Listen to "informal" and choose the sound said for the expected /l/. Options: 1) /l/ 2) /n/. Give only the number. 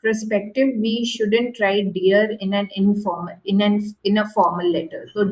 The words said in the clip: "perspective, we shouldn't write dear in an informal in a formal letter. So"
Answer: 2